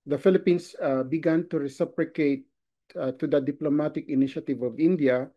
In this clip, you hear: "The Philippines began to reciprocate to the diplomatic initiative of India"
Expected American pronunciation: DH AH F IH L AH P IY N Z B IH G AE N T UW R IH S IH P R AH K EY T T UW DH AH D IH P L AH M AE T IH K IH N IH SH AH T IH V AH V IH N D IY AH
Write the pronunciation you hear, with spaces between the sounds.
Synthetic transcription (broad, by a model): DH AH F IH L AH P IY N S B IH G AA N T UW R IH S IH P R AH K EY T T UW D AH D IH P L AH M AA T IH K IH N IH SH AH T IH V AH V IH N D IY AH